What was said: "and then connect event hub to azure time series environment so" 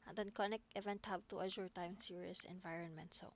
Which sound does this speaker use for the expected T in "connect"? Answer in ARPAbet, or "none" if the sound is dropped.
none